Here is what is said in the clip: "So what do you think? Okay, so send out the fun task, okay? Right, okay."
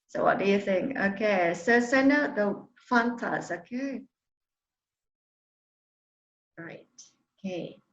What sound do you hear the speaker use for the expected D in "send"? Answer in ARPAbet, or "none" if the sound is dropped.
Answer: none